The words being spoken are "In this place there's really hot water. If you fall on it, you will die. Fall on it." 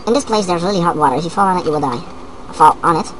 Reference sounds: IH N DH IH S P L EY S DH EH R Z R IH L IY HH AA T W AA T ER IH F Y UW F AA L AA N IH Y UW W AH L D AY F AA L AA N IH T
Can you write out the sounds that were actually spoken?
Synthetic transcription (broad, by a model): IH N DH IH S P L EY S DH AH R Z L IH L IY HH AA T W AA T ER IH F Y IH F AA L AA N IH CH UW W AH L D AY F AA L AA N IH T